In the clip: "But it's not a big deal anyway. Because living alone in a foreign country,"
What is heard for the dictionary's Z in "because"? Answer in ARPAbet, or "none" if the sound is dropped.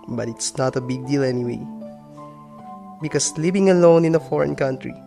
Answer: S